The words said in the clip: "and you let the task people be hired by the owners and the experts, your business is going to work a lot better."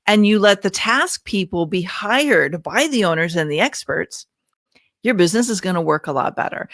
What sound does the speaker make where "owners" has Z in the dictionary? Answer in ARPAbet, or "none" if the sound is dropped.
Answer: Z